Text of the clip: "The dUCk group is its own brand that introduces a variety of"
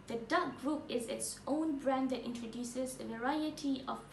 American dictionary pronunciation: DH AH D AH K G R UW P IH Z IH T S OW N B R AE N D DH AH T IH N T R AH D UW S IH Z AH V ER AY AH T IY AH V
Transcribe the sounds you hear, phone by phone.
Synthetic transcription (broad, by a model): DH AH D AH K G R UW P IH Z IH T S OW N B R AE N D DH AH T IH N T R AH D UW S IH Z AH V ER AY AH T IY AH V